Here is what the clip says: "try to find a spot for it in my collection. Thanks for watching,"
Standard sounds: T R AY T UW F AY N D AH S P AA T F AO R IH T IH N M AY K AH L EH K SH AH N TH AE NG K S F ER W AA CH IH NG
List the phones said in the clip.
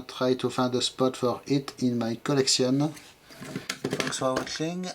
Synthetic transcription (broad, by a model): T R AY T UW F AY N D AH S P AA T F AO R IH T IH N M AY K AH L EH K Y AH N F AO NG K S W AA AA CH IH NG